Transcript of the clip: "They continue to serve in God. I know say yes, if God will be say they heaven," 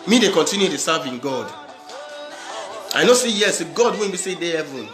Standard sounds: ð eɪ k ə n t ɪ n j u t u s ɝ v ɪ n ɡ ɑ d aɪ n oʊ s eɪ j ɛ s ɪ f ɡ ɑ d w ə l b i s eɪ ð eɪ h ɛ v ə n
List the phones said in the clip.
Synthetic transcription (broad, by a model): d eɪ k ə n t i n j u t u s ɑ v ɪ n ɡ ɑ d aɪ n oʊ s eɪ j ɛ s ɡ ɑ d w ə n b i s eɪ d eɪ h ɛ v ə n